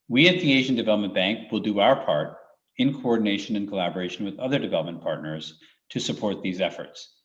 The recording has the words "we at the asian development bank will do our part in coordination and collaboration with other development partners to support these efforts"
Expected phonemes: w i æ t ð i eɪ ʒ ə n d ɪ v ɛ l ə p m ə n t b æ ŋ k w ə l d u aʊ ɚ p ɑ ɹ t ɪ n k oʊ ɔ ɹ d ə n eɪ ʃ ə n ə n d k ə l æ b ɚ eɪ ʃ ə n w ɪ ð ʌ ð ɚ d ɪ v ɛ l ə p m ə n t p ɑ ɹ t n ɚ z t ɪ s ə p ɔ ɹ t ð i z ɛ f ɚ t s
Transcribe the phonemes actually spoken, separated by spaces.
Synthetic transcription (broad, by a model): w i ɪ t ð i eɪ ʒ ə n d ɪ v ɛ l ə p m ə n b æ ŋ k w ə l d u aʊ ɚ p ɑ ɹ t ɪ n k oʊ ɔ ɹ d n eɪ ʃ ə n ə n k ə l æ b ɚ eɪ ʃ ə n w ɪ ð ʌ ð ɚ d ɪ v ɛ l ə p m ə n p ɑ ɹ t n ɚ z t ɪ s ə p ɔ ɹ t ð i z ɛ f ɚ t s